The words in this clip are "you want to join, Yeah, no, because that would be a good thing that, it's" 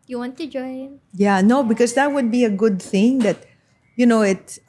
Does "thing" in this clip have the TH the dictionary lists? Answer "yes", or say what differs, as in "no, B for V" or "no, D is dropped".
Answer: yes